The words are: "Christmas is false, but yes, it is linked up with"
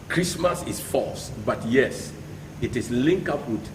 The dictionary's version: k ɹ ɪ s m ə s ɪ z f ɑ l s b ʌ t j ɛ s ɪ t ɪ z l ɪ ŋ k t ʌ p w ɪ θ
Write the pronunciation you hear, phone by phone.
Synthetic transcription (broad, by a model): k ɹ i s m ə s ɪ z f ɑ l s b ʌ t j ɛ s ɪ t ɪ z l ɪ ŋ k ʌ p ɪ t